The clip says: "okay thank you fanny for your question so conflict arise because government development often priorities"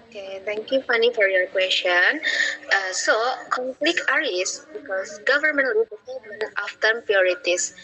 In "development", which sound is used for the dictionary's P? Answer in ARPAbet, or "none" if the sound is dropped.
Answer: none